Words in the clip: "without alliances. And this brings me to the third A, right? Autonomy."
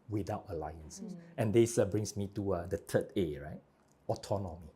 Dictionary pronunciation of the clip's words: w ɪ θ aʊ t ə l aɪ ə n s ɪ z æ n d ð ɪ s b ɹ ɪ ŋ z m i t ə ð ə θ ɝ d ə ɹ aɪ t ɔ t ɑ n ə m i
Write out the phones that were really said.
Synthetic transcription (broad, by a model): w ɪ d aʊ t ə l aɪ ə n s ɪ n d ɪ s b ɹ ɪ ŋ s m i t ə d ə t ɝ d ə ɹ aɪ t ɔ t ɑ n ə m i